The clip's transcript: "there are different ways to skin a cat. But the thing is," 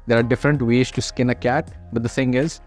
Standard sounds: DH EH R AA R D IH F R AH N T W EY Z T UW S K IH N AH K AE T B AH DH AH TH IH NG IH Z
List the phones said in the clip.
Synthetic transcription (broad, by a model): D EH R AA R D IH F R AH N T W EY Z T UW S K IH N AH K AE T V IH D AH F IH NG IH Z